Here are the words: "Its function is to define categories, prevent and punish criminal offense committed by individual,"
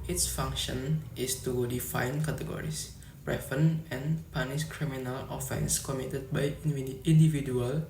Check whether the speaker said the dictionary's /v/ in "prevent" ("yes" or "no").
no